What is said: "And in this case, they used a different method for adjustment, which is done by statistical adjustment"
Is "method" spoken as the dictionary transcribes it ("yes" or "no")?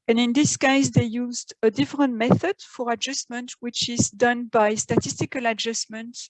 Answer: yes